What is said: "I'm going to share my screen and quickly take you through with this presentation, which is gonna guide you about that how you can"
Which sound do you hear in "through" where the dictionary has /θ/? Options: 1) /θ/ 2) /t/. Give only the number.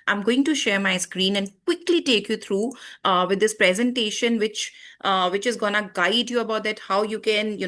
2